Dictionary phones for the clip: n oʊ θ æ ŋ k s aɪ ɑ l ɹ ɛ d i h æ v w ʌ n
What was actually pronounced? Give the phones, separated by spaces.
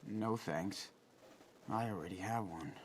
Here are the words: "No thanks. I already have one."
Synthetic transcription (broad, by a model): n oʊ θ æ ŋ k s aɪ ɑ l ɹ ɛ d i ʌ v w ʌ n